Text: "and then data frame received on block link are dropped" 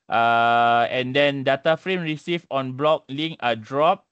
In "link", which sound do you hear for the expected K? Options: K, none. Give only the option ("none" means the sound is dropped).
none